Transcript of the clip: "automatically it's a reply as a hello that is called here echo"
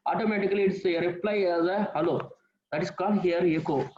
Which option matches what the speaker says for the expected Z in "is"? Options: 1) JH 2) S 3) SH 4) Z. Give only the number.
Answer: 2